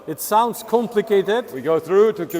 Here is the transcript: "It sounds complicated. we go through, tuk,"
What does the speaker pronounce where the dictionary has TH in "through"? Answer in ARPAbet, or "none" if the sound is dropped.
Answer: TH